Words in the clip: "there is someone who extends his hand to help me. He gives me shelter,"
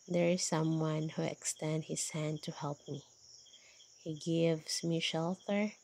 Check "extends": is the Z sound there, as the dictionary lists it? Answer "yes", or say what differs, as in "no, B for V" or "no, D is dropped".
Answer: no, Z is dropped